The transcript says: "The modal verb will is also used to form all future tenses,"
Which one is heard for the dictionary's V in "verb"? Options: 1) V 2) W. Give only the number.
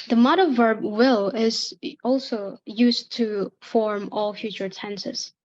1